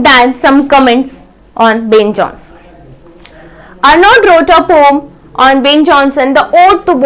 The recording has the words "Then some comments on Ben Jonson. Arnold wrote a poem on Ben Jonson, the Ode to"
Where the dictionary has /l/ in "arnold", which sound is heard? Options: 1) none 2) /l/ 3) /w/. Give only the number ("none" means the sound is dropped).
1